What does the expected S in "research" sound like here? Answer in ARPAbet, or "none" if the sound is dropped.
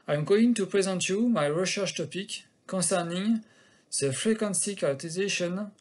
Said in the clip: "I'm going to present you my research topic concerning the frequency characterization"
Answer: SH